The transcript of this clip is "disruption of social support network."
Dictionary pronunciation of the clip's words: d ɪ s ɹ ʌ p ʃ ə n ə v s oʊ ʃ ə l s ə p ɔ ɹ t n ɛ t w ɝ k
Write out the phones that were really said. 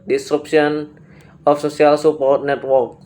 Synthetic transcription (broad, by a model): d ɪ s ɹ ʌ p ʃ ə n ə f s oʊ s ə l s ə p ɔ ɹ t n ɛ t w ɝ k